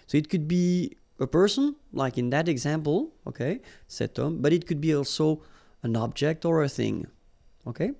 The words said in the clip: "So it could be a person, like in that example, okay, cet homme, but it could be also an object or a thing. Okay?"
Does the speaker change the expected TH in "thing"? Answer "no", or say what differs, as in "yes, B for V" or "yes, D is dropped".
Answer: no